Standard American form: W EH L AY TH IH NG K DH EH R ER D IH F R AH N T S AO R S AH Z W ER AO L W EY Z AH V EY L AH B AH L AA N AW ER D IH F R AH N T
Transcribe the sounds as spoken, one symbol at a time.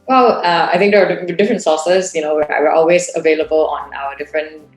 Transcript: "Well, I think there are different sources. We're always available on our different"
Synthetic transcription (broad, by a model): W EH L AY T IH NG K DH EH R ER D IH F R AH N T S AO S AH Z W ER AO L W EY Z AH V EY L AH B AH L AA N AW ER D IH F R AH N T